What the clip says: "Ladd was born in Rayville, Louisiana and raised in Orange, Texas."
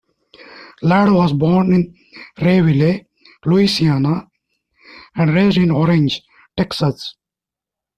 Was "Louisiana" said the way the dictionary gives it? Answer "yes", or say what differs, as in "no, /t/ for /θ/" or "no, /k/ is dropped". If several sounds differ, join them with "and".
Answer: no, /s/ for /z/